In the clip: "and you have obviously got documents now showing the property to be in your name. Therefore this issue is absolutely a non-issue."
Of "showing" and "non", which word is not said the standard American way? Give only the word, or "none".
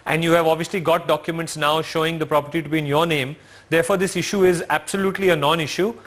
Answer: none